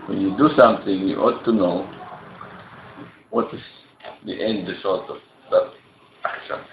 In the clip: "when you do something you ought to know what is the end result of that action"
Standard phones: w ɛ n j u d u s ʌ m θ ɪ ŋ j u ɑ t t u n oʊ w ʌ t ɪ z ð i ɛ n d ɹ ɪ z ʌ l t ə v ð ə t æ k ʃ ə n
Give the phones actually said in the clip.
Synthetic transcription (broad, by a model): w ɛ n j u d u s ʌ m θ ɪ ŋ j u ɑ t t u n oʊ w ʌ t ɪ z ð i ɛ n d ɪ s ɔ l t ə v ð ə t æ k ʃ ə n